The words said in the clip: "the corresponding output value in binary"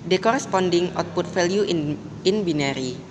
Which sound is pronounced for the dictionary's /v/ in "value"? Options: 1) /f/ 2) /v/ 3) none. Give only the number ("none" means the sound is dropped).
1